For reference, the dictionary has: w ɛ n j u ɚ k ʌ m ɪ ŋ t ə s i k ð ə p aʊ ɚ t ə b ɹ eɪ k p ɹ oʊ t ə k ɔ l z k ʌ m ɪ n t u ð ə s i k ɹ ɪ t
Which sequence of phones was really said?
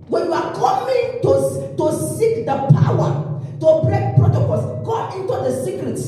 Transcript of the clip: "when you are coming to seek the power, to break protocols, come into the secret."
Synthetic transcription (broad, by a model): w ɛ n j u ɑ k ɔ m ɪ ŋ t ə s i k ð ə p aʊ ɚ t ə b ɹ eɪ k p ɹ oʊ t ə k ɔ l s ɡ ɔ ɪ n t u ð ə s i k ɹ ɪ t